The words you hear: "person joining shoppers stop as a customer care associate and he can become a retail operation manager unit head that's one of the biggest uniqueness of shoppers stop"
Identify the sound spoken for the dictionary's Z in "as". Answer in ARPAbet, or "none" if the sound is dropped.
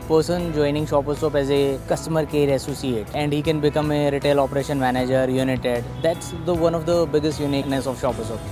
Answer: Z